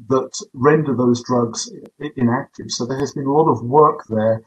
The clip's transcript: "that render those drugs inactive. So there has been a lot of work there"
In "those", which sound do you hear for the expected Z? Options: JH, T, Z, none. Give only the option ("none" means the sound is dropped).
Z